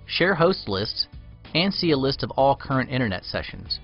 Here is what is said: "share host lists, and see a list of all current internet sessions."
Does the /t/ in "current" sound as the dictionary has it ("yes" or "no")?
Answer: yes